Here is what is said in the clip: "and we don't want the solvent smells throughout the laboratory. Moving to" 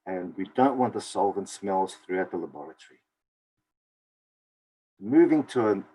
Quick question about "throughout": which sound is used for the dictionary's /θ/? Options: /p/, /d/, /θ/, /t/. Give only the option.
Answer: /θ/